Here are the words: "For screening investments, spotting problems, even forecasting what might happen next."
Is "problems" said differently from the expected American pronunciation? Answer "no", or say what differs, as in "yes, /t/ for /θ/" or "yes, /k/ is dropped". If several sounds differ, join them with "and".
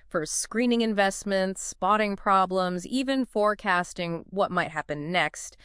no